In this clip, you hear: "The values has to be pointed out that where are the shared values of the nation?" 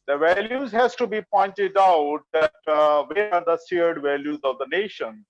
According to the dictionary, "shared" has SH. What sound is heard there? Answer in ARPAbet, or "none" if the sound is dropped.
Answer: S